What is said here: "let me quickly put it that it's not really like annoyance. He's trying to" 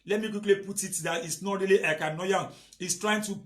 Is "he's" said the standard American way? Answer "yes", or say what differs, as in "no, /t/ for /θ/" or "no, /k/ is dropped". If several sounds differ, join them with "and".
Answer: no, /s/ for /z/